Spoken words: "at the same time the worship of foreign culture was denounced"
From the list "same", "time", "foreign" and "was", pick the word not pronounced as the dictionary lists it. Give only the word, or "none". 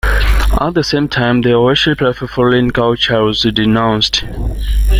foreign